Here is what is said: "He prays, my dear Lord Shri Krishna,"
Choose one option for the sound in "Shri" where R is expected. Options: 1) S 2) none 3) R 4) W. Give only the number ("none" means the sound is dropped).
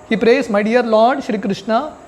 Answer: 3